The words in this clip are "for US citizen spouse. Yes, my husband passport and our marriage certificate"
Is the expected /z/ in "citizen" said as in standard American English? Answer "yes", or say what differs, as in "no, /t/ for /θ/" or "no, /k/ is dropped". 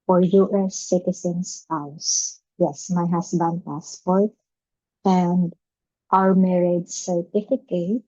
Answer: no, /s/ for /z/